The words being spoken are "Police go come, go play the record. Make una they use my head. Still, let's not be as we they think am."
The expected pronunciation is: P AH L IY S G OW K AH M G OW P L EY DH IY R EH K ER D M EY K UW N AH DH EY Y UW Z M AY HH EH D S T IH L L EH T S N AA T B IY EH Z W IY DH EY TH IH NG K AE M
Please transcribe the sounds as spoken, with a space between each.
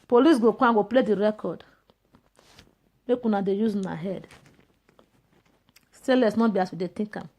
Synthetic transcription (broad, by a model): P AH L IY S G OW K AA G OW P L EY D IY R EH K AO D M EY K UW N AH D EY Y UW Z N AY HH EH D S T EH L L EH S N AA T B IY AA S W IY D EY T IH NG K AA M